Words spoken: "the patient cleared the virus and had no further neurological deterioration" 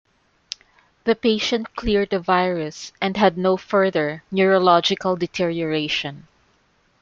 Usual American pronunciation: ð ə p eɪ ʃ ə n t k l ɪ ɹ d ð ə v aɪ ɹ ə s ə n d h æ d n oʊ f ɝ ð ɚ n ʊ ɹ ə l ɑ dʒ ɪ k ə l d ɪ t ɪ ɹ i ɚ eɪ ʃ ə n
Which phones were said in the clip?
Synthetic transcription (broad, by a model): ð ə p eɪ ʃ ə n t k l ɪ ɹ d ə v aɪ ɹ ə s ə n d h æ d n oʊ f ɝ ð ɚ n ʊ ɹ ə l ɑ dʒ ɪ k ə l d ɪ t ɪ ɹ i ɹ eɪ ʃ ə n